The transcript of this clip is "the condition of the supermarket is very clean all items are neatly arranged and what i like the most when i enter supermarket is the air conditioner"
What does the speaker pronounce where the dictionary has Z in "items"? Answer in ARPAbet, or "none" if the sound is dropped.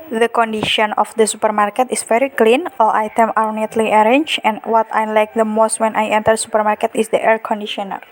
none